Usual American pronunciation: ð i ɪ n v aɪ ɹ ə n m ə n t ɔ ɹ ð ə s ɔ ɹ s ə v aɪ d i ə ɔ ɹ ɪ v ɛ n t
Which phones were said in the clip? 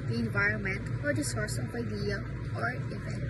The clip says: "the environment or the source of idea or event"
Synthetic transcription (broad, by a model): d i ɪ n v aɪ ɹ ə n m ə n t ɔ ɹ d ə s ɔ ɹ s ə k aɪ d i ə ɔ ɹ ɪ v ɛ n